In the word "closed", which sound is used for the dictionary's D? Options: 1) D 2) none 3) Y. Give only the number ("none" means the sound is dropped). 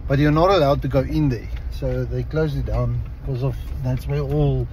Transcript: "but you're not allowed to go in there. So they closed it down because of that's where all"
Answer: 2